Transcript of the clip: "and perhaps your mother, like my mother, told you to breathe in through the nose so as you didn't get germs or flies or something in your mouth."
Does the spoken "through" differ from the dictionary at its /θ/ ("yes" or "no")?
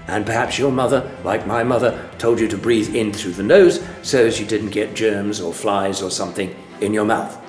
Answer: no